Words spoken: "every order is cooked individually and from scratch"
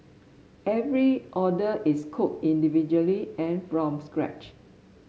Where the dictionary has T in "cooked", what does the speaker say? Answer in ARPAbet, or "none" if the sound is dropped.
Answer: none